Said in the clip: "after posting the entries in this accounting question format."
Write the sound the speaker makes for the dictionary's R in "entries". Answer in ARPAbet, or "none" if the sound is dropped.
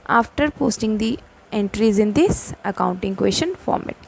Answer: R